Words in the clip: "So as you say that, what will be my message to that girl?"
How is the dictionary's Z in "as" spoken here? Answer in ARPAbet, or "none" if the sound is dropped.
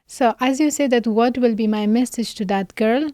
Z